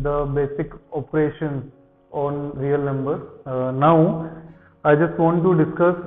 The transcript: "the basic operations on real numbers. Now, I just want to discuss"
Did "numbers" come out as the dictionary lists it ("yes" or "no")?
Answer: no